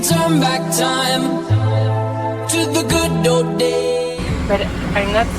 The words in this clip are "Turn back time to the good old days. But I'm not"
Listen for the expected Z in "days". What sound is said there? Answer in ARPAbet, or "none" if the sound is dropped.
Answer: none